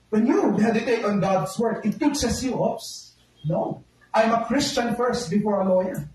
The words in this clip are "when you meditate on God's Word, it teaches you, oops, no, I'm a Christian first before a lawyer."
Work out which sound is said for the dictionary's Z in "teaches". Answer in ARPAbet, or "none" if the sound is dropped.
S